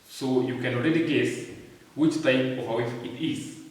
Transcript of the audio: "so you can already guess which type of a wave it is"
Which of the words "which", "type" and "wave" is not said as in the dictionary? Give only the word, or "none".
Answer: wave